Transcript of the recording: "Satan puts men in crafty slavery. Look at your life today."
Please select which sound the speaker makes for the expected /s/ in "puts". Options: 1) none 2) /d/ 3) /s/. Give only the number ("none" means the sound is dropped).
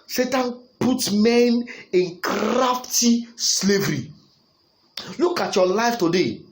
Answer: 1